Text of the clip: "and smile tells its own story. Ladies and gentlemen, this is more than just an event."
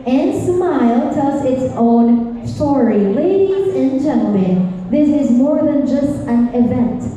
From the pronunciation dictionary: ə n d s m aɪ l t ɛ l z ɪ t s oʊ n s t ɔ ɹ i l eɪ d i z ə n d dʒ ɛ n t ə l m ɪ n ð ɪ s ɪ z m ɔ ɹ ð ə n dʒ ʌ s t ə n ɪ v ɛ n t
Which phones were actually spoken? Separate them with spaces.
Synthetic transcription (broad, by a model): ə n s m aɪ l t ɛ z ɪ t s oʊ n s t ɔ ɹ i l eɪ d i z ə n dʒ ɛ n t l m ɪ n ð ɪ s ɪ z m ɔ ɹ ð ə n dʒ ʌ s t ə n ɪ v ɛ n t